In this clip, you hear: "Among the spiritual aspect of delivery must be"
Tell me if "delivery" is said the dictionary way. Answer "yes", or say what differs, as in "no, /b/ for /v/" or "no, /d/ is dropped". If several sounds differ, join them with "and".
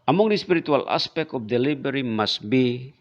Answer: no, /b/ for /v/